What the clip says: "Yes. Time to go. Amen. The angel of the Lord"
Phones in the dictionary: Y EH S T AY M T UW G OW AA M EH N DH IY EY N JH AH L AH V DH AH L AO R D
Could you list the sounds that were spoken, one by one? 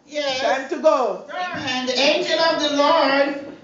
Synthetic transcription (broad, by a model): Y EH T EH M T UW G OW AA EH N DH IY EY N JH AH L AH V DH AH L AO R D